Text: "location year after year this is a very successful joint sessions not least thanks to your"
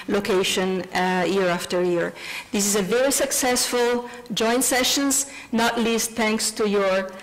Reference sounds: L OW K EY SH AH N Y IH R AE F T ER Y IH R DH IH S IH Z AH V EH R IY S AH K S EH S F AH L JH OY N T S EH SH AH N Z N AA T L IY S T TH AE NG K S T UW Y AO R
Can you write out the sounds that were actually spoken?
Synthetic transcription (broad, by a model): L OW K EY SH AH N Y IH R AE F T ER Y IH R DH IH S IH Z AH V EH R IY S AH K S EH S F AH L JH OY N T S EH SH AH N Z N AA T L IY S T TH AE NG K S T UW Y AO R